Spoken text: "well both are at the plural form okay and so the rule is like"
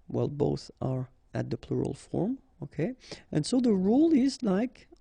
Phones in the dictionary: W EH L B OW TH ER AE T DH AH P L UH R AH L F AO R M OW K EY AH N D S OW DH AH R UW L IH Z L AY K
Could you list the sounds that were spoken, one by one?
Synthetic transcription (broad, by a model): W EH L B OW TH ER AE T DH AH P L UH R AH L F AO R M OW K EY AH N S OW DH AH R UW L IH Z L AY K